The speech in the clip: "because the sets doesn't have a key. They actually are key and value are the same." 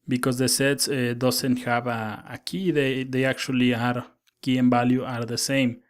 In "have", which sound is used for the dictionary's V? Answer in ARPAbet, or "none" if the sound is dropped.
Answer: B